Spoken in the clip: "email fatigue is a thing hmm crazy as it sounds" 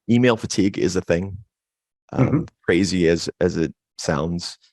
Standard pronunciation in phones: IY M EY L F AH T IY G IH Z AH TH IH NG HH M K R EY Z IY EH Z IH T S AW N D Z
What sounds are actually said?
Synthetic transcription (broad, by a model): IY M EY L F AH T IY G IH Z AH TH IH NG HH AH K R EY Z IY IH Z IH T S AW N D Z